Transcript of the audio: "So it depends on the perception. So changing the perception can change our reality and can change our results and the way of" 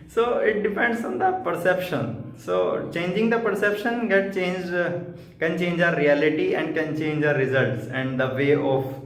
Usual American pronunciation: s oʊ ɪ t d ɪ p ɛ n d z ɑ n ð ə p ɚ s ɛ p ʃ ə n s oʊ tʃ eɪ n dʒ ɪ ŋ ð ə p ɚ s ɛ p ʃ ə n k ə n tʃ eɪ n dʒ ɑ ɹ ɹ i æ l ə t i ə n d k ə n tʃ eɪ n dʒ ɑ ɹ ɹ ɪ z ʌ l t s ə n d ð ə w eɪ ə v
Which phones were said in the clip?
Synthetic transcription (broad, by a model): s oʊ ɪ t d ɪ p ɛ n d s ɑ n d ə p ɚ s ɛ p ʃ ə n s oʊ tʃ eɪ n dʒ ɪ ŋ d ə p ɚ s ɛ p ʃ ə n k ə n tʃ eɪ n dʒ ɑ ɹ ɹ i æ l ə t i ə n d k ə n tʃ eɪ n dʒ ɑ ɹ ɹ ɪ z ʌ l t s ə n d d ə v eɪ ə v